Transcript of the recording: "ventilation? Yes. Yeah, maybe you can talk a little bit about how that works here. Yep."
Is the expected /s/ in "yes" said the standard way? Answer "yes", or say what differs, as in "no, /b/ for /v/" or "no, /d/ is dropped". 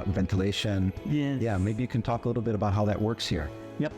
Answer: no, /s/ is dropped